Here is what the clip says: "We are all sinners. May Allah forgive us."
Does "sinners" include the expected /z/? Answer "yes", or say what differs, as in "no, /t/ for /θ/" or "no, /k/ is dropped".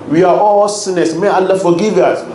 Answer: no, /s/ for /z/